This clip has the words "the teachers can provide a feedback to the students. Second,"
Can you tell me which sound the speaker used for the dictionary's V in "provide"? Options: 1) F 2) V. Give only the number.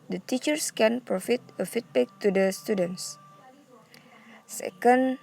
1